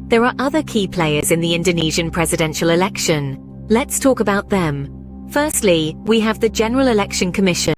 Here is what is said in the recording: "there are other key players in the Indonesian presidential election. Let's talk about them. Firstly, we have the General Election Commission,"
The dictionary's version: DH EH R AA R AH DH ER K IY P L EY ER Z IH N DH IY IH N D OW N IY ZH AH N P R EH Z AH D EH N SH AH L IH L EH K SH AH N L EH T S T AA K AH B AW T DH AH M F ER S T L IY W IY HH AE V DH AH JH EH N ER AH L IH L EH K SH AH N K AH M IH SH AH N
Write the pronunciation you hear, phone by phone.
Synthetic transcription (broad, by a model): DH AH R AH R AH DH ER K IY P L EY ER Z IH N DH IY IH N D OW N IY ZH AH N P R EH Z AH D EH N SH AH L IH L EH K SH AH N L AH T S T AA K AH B AW T DH AH M F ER S T L IY W IY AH V DH AH JH EH N ER AH L IH L EH K SH AH N K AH M IH SH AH N